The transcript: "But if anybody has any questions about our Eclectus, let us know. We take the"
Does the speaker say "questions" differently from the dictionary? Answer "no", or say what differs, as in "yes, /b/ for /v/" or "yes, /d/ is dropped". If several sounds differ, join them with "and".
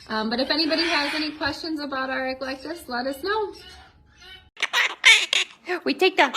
no